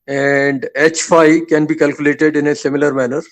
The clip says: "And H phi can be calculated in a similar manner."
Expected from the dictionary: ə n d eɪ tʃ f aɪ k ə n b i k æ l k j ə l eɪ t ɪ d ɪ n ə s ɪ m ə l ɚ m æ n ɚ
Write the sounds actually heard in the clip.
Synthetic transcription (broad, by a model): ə n d eɪ tʃ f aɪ k ə n b i k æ l k j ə l eɪ t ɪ d ɪ n ə s ɪ m ə l ɚ m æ n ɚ